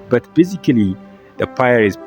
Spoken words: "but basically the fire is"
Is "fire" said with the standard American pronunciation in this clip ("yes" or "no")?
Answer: no